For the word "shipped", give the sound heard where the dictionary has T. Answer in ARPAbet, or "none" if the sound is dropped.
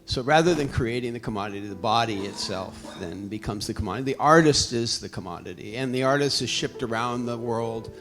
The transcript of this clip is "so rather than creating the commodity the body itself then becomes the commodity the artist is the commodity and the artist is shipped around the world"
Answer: T